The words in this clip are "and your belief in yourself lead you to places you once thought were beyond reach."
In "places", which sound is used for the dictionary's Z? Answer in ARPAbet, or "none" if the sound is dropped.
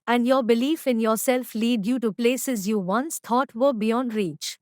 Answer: Z